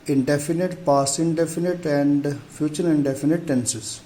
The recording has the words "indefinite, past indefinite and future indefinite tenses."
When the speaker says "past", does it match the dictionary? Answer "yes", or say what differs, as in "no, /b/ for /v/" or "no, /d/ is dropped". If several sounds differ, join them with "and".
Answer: no, /t/ is dropped